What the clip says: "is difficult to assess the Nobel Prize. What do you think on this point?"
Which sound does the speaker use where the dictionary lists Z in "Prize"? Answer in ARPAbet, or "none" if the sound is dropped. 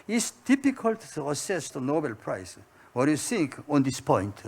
S